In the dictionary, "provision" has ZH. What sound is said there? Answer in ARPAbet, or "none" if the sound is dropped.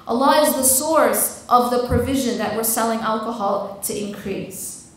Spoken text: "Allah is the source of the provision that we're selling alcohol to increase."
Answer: ZH